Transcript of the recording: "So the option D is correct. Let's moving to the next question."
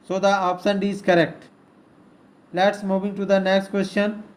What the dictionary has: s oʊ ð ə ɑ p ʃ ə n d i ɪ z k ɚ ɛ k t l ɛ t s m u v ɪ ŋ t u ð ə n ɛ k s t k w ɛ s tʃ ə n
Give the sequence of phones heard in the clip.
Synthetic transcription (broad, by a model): s oʊ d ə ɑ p s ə n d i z k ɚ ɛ k t l ɛ t s m u v ɪ ŋ t u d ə n ɛ k s t k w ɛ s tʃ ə n